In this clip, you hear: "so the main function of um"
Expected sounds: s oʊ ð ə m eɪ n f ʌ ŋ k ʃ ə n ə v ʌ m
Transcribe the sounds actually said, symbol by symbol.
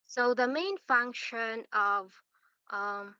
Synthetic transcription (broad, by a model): s oʊ ð ə m eɪ n f ʌ ŋ k ʃ ə n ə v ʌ m